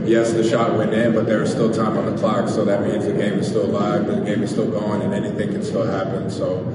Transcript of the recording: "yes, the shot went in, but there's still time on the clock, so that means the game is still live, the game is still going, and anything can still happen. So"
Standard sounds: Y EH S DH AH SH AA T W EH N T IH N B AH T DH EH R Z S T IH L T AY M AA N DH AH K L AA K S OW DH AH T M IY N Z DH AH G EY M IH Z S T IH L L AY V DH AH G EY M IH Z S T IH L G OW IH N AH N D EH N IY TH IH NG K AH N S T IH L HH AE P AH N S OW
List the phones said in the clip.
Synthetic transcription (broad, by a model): Y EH S DH AH SH AA T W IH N IH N B AH T DH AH R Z S T IH L T AY M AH N DH AH K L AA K S OW DH AH T M IY N Z DH AH G EY M IH Z S T IH L L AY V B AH G EY M IH Z S T IH L G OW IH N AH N EH N IY TH IH NG K AH N S T IH L HH AE P AH N S OW